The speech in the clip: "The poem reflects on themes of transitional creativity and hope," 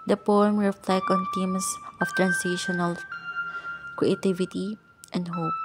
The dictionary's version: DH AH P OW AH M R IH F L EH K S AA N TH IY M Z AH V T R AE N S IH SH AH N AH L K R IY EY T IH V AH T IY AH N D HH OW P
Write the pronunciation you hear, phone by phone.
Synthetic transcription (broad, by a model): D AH P OW AH M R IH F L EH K AA N T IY M S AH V T R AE N S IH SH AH N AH L K R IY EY T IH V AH T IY AH N D HH OW P